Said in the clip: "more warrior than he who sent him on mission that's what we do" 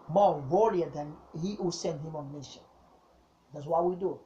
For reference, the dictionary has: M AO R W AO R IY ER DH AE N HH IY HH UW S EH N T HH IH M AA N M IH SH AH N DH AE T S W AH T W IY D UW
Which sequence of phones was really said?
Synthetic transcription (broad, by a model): M AO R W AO L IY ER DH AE N HH IY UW S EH N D HH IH M AA N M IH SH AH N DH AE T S W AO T W IY D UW